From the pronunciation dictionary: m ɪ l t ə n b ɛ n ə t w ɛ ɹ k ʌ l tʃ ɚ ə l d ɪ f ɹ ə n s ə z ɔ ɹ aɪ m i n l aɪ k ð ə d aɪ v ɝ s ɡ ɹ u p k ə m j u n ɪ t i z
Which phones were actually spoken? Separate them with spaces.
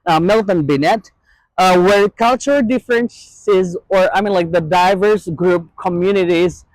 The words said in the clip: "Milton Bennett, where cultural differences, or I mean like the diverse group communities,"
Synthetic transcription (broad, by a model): m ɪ l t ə n b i n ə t w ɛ ɹ k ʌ l tʃ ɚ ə l d ɪ f ɹ ə n s ə z ɔ ɹ aɪ m i n l aɪ k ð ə d aɪ v ɝ s ɡ ɹ u p k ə m j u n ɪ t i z